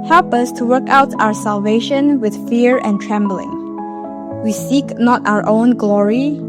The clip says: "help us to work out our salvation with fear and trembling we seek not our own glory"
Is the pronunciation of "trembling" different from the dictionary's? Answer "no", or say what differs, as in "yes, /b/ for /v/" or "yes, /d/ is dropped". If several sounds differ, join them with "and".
no